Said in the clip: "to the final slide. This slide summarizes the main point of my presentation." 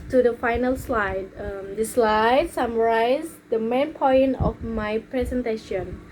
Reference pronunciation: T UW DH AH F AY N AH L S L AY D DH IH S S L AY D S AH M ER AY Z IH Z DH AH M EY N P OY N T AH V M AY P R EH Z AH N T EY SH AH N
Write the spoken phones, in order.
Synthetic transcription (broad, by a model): T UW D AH F AY N AH L S L AY D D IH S S L AY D S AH M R AY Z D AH M EY N P OY N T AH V M AY P R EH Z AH N T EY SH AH N